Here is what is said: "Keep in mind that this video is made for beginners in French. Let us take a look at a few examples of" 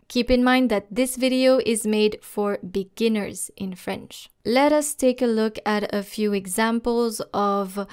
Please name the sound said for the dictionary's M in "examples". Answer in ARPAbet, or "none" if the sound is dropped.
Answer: M